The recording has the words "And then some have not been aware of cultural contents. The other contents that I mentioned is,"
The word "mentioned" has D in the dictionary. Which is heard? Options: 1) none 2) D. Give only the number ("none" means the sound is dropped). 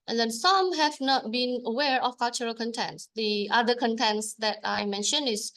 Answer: 1